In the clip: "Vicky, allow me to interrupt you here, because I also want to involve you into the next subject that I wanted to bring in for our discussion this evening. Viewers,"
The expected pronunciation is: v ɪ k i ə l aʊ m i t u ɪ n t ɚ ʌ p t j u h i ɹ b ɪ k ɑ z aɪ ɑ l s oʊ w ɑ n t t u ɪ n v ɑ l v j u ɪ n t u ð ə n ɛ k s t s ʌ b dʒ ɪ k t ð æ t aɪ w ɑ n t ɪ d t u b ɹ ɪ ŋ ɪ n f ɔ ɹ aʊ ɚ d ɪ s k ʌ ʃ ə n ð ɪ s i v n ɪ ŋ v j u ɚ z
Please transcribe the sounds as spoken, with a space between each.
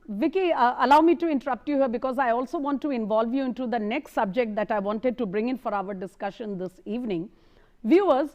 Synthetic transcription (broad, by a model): v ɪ k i ə l aʊ m i t u ɪ n t ɚ ʌ p t j u h i ɹ b ɪ k ɑ z aɪ ɑ l s oʊ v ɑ n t t u ɪ n v ɑ l v j u ɪ n t u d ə n ɛ k s t s ʌ b dʒ ɪ k t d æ t aɪ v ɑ n t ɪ d t u b ɹ ɪ ŋ ɪ n f ɔ ɹ aʊ ɚ d ɪ s k ʌ ʃ ə n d ɪ s i v n ɪ ŋ v j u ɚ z